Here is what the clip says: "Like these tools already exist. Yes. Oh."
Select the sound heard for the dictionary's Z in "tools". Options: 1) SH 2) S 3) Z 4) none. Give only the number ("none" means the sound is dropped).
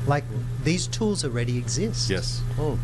3